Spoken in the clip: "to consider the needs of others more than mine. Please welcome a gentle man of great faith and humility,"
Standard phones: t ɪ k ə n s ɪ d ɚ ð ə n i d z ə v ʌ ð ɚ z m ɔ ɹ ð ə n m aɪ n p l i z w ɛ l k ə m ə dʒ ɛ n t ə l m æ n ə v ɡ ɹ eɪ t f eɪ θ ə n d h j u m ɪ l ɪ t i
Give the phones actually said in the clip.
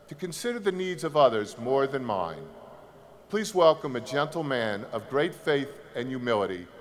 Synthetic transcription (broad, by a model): t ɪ k ə n s ɪ d ɚ ð ə n i d z ə v ʌ ð ɚ z m ɔ ɹ ð ə n m aɪ n p l i z w ɛ l k ə m ə dʒ ɛ n t l m æ n ə v ɡ ɹ eɪ t f eɪ θ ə n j u m ɪ l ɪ t i